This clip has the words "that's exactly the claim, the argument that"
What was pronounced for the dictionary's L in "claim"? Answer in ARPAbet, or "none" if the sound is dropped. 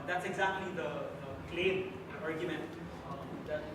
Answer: L